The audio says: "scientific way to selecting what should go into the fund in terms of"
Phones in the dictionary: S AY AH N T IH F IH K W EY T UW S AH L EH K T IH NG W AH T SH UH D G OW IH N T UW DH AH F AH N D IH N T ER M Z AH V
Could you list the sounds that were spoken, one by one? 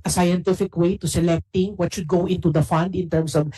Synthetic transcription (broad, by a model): S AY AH N T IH F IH K W EY T UW S AH L EH K T IH NG W AH T SH UH D G OW IH N T UW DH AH F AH N D IH N T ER M S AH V